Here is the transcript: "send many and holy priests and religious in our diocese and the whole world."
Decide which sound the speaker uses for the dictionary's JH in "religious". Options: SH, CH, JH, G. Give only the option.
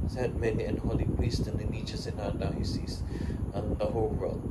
CH